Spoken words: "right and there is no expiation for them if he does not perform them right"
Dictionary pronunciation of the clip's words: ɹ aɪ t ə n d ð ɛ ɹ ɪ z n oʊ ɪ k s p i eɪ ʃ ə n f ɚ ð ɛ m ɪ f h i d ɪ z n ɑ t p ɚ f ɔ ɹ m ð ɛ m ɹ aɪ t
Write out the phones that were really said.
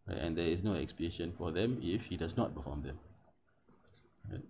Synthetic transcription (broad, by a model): ɹ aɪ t ə n d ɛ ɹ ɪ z n oʊ ɪ k s p i eɪ ʃ ə n f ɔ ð ɛ m ɪ f h i d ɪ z n ɑ t b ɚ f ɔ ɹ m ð ɛ m ɹ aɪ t